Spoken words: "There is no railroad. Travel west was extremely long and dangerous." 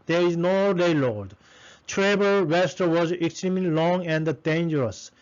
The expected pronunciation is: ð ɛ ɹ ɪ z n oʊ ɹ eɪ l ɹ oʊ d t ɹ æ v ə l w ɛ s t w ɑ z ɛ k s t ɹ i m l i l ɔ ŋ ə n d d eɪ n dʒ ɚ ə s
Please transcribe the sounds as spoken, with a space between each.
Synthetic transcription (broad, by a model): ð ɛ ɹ ɪ z n oʊ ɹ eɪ l oʊ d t ɹ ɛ b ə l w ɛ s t w ɑ z ɛ k s t ɹ i m l i l ɔ ŋ ə n d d eɪ n dʒ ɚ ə s